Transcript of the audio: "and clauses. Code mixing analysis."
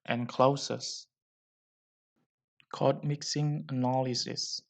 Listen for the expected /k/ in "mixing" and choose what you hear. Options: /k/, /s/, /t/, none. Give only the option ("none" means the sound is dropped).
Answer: /k/